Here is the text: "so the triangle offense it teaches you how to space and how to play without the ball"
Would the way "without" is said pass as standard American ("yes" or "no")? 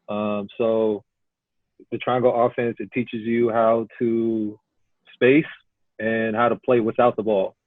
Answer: yes